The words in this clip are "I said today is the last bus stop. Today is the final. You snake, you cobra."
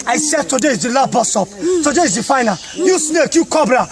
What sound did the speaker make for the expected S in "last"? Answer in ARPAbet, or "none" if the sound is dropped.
none